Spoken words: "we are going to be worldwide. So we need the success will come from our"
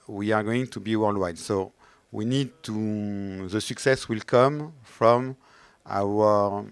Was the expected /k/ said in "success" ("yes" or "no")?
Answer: yes